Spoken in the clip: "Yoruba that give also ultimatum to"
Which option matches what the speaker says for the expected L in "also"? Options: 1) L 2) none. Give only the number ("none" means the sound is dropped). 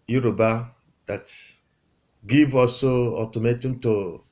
2